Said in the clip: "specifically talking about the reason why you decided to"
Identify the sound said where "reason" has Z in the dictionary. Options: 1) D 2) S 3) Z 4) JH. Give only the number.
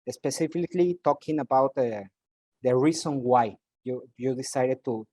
2